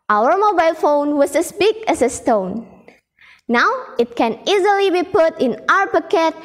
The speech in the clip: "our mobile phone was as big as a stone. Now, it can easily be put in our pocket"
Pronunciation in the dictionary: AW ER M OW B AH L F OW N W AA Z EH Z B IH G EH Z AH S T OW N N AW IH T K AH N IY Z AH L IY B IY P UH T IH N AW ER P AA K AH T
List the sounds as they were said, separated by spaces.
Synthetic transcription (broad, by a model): AW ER M OW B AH L F OW N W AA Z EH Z B IH G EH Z AH S T OW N N AW IH T K AH N IY Z AH L IY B IY P UH T IH N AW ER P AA K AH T